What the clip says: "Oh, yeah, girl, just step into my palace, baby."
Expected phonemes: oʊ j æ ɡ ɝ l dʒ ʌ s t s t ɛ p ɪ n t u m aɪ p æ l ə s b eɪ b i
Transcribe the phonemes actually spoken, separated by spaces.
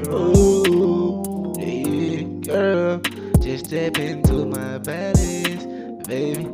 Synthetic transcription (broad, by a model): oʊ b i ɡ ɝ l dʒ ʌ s s t ɛ p ɪ n t u m aɪ b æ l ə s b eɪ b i